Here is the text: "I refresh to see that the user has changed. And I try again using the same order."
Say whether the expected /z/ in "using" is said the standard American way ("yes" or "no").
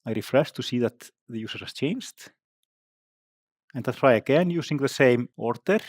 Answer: no